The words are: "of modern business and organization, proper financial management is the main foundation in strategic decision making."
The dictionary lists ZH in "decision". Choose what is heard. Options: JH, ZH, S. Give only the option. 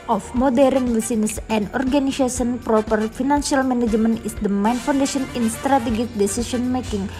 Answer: S